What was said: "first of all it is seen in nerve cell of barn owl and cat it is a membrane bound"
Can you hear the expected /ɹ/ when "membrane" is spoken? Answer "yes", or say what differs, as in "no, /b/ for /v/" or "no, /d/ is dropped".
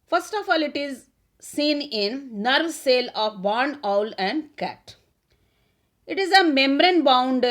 yes